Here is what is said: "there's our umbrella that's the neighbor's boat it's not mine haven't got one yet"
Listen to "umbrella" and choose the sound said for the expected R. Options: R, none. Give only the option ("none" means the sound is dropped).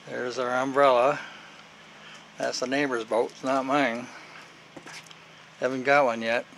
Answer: R